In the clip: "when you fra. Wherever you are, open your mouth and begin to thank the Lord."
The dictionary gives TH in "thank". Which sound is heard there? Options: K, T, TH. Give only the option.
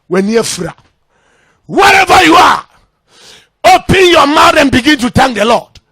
T